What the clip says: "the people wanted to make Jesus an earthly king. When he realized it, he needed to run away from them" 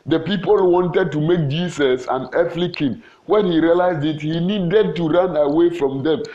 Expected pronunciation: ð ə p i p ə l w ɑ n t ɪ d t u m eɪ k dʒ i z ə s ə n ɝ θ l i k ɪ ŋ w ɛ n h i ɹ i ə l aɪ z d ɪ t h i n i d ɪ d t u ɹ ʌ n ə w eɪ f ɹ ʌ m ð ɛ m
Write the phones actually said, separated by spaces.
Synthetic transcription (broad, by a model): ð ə p i p ə l w ɑ n t ɪ d t u m eɪ k dʒ i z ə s ə n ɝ f l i k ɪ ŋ w ɛ n h i ɹ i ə l aɪ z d ɪ t h i n i d ɪ d t u ɹ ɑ n ə w eɪ f ɹ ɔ m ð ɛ m